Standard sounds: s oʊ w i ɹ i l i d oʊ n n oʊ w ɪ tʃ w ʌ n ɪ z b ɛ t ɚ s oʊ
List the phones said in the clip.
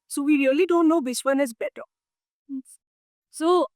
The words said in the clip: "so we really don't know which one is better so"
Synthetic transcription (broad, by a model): s oʊ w i ɹ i l i d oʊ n n oʊ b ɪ s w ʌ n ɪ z b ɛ t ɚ s oʊ